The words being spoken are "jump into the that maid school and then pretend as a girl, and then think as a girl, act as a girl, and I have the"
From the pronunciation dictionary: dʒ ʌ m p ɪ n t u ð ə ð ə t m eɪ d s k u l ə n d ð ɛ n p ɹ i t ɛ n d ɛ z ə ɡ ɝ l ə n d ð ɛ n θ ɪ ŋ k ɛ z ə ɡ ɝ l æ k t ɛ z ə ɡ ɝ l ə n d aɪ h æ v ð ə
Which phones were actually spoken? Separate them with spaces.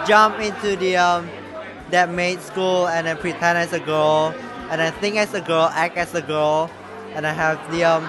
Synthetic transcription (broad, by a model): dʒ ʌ m p ɪ n t u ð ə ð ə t m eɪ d s k u l ə n d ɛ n p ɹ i t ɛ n ɛ s ə ɡ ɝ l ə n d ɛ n θ ɪ ŋ k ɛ s ə ɡ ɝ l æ k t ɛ s ə ɡ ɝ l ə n aɪ h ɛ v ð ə